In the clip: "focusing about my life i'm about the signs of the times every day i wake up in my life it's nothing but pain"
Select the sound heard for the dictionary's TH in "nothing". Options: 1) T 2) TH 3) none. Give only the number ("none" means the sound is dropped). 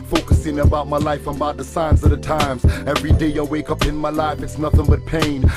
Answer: 2